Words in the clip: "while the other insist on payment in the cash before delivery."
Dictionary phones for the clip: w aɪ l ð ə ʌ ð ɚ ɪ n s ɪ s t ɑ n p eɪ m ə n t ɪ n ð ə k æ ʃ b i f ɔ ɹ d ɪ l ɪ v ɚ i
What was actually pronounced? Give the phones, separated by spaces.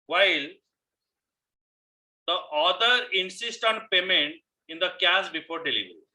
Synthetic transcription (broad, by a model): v aɪ l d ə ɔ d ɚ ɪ n s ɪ s t ɑ n p eɪ m ə n t ɪ n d ə k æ s b i f ɔ ɹ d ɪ l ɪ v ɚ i